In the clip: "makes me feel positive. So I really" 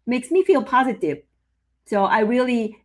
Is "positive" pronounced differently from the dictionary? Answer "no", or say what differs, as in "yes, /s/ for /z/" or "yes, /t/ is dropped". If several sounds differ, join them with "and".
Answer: no